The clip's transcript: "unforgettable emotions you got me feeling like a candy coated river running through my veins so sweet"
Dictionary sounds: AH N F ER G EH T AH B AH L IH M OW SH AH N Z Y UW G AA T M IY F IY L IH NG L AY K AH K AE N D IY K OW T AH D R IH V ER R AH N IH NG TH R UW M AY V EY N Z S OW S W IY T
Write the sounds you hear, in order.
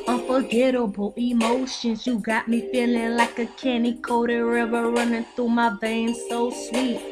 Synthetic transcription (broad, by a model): AH N F ER G EH T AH B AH L IH M OW SH AH N Z Y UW G AA T M IY F IY L IH NG L AY K AH K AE N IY K OW T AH R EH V ER R AH N IH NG TH R UW M AY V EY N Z S OW S W IY T